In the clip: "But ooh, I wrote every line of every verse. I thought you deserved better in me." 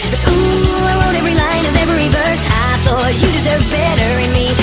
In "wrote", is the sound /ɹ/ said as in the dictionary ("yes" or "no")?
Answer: no